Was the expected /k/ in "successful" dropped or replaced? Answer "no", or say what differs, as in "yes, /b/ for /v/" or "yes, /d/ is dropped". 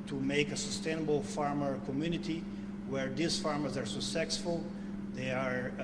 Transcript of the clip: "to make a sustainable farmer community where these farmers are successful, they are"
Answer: yes, /k/ is dropped